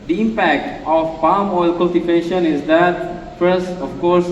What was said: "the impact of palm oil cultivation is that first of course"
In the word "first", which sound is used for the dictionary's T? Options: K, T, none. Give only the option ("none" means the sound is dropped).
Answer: none